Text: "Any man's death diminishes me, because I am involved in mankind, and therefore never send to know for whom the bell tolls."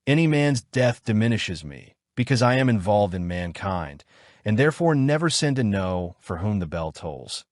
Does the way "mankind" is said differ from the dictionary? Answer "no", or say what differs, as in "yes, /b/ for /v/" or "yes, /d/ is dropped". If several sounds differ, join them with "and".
no